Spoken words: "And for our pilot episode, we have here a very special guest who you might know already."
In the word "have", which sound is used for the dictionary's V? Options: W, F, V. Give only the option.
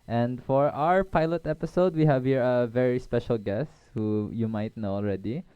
V